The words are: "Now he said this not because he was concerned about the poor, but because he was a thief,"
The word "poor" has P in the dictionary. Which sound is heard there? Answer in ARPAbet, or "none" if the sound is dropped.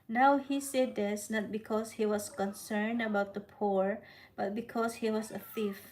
P